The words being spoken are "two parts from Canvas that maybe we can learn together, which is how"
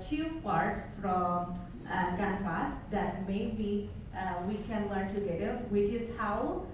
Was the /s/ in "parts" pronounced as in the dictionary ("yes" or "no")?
yes